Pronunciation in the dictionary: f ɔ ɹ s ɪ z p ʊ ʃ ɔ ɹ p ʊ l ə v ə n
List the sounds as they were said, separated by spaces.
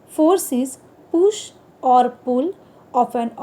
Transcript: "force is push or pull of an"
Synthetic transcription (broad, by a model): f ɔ ɹ s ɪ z p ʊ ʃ ɔ ɹ p ʊ l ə p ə n